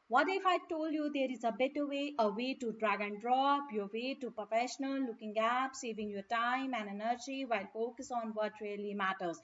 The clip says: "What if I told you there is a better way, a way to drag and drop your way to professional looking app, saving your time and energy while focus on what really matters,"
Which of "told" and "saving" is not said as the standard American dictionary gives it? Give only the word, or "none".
none